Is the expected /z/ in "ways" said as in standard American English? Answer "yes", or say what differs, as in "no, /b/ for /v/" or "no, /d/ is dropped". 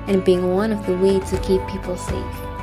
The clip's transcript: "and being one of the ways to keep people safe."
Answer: no, /z/ is dropped